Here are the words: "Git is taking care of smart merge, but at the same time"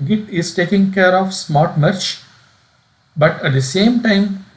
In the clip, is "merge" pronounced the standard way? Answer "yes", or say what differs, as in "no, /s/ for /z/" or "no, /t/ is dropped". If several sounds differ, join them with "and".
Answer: no, /tʃ/ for /dʒ/